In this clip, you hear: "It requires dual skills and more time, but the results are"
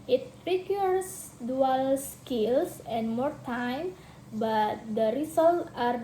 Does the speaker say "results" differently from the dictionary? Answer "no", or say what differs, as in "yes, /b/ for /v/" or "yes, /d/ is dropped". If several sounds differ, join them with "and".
yes, /s/ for /z/ and /s/ is dropped